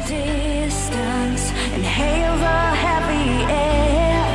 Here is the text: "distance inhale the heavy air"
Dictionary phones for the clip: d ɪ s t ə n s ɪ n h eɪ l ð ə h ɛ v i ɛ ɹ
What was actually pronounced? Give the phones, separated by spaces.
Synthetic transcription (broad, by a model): d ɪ s t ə n s ɪ n h eɪ l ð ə h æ p i ɛ